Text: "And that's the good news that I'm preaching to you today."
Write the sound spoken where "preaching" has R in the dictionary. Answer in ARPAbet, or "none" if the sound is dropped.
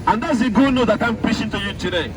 none